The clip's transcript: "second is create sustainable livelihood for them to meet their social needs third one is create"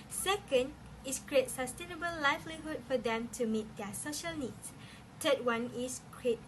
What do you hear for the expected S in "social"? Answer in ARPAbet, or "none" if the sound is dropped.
S